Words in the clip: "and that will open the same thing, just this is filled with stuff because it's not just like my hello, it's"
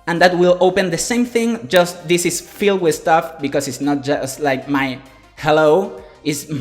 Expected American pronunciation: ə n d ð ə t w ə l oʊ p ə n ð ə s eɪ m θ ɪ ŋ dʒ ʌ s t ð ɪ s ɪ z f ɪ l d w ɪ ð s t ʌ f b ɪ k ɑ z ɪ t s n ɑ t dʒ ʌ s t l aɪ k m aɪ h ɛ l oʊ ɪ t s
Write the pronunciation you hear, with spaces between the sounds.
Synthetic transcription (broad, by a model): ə n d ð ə t w ə l oʊ p ə n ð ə s eɪ m θ ɪ ŋ dʒ ʌ s t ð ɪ s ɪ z f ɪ l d w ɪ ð s t ʌ f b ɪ k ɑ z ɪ t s n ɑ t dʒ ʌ s t l aɪ k m aɪ h ɛ l oʊ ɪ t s